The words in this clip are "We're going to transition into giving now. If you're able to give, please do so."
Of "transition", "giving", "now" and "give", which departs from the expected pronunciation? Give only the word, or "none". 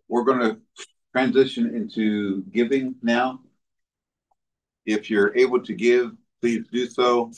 none